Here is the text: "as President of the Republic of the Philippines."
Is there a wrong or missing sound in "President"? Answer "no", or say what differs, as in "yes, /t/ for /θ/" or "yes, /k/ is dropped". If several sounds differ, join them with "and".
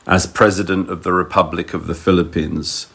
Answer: no